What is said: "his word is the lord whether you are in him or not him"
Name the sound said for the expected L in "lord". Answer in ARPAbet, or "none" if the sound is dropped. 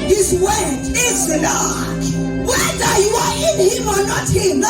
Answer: N